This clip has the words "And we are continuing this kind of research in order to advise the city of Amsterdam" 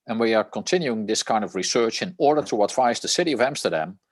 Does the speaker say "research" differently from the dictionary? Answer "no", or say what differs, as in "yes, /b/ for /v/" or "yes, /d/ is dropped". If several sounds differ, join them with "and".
no